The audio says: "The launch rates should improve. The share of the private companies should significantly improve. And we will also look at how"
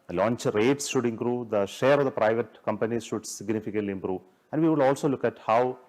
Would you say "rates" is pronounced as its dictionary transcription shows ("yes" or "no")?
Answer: yes